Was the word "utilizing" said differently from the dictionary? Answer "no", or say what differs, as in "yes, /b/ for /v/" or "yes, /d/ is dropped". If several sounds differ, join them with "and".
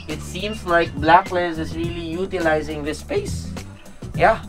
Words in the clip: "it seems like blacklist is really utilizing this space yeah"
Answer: no